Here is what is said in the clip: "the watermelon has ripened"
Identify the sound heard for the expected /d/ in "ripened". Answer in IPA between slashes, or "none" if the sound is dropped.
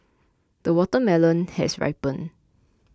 none